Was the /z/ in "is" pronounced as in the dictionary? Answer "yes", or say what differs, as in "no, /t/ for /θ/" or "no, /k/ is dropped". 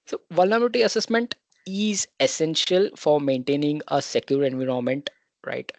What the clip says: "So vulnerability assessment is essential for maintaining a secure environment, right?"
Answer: yes